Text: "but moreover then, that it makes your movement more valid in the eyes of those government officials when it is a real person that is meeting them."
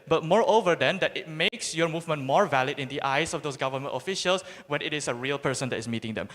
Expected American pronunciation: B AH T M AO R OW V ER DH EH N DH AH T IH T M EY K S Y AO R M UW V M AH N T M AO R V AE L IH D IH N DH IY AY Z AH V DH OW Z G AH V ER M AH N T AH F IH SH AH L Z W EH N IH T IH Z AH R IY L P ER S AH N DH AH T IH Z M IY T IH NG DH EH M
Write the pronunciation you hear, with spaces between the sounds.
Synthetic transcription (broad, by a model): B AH T M AO R OW V ER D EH N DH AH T IH T M EY K S Y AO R M UW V M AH N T M AO R V AE L IH D IH N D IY AY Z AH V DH OW S G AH V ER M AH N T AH F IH SH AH L S W EH N IH T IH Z AH R IY L P ER S AH N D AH T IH S M IY T IH NG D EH M